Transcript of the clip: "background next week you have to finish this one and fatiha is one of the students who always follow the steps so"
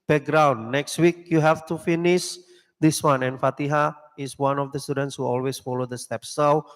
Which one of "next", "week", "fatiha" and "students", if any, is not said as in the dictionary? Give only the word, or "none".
none